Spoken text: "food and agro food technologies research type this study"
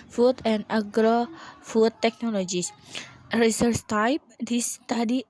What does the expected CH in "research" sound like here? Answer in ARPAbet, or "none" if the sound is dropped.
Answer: S